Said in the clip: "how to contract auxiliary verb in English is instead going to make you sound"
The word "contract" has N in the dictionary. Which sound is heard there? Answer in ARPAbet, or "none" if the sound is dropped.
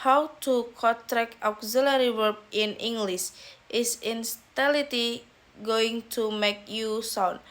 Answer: none